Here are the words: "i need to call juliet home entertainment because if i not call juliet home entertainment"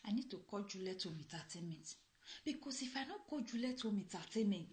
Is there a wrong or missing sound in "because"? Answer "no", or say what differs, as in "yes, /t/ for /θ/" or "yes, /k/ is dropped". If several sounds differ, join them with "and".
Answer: yes, /s/ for /z/